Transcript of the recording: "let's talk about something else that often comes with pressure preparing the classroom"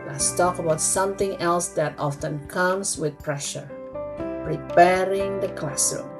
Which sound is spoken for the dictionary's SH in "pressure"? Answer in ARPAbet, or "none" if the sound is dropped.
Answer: SH